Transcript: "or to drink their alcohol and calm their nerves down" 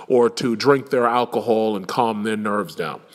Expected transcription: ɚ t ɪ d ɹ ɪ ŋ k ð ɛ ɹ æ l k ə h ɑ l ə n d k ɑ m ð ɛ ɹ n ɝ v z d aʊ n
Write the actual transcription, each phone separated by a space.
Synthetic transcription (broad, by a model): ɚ t ɪ d ɹ ɪ ŋ k ð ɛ ɹ æ l k ə h ɑ l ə n k ɑ m ð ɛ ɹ n ɝ v z d aʊ n